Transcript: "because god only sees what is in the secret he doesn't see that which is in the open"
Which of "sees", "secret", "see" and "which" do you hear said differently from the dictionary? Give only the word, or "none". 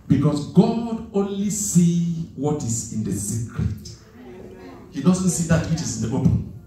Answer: sees